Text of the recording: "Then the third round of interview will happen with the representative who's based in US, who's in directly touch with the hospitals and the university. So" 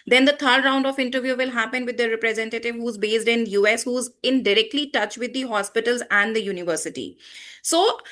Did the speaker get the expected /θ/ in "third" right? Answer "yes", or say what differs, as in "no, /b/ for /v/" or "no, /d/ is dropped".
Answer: no, /t/ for /θ/